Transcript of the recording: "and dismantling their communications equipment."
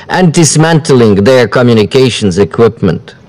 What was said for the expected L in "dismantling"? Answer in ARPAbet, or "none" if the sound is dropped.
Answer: L